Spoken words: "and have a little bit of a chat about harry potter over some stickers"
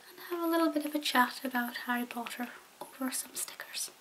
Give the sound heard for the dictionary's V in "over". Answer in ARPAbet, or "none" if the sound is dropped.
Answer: V